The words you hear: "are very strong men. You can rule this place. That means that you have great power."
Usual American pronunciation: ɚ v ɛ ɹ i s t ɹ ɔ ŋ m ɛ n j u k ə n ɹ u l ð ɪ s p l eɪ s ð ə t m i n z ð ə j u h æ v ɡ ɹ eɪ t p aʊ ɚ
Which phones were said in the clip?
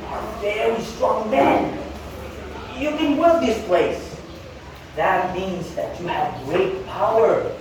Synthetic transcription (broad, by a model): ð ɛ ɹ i s t ɹ ɔ ŋ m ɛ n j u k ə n w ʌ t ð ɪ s p l eɪ s ð ə t m i n z ð ə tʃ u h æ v ɡ ɹ eɪ t p aʊ ɚ